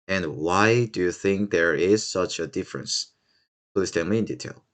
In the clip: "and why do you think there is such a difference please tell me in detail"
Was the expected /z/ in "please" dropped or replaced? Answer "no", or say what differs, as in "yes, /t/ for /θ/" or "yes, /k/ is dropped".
yes, /s/ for /z/